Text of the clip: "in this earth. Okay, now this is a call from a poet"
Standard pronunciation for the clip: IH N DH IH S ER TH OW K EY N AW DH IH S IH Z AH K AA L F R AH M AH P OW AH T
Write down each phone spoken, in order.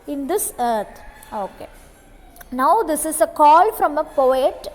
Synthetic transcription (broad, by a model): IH N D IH S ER T OW K EY N AW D IH S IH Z AH K AA L F R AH M AH P OW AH T